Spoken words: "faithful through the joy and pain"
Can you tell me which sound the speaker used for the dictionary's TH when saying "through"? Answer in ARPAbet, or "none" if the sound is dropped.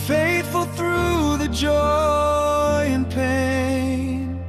TH